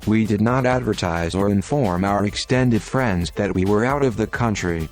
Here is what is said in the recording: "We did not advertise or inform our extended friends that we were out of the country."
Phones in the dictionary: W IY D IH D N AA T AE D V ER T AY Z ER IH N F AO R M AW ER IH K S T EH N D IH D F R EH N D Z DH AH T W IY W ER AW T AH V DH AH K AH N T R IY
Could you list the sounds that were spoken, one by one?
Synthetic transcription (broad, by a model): W IY D IH D N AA T AE D V ER T AY Z ER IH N F AO R M AW ER IH K S T EH N D IH D F R EH N D Z DH AH T W IY W ER AW T AH V DH AH K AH N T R IY